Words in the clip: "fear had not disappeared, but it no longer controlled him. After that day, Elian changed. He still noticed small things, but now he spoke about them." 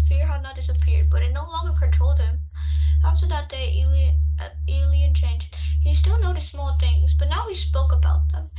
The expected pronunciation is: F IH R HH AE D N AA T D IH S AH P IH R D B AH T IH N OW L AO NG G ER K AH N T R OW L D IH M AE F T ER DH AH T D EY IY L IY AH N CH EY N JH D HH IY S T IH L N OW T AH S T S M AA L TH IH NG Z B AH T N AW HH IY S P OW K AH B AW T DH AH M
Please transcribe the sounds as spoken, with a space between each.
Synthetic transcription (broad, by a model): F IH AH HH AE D N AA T D IH S AH P IH R D B AH T IH N OW L AO NG G ER K AH N T R OW L D IH M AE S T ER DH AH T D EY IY L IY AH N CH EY N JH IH HH IY S T IH L N OW T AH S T S M AA L TH IH NG Z B AH T N AW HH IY S P OW K AH B AW T DH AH M